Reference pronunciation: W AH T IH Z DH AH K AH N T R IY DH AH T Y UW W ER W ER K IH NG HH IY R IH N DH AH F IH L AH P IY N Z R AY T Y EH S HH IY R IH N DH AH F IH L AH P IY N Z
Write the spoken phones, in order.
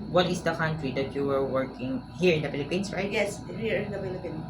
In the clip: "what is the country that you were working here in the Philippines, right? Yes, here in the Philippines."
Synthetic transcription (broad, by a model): W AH T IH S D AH K AH N T R IY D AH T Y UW W ER W ER K IH NG HH IY R IH N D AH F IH L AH P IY N S R AY T Y EH S HH IY R IH N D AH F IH L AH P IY N